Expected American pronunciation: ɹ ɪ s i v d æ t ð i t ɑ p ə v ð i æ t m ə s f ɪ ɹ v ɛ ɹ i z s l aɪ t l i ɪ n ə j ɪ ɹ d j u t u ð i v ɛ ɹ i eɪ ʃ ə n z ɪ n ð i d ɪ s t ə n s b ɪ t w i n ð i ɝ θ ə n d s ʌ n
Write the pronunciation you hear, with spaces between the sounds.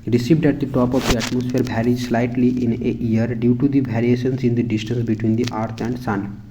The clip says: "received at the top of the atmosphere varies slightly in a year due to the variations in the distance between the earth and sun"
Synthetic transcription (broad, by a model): ɹ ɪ s i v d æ t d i t ɑ p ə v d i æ t m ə s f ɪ ɹ b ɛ ɹ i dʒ s l aɪ t l i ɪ n ə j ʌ ɹ d j u t u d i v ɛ ɹ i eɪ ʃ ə n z ɪ n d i d ɪ s t ə n s b ɪ t w i n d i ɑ t ə n d s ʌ n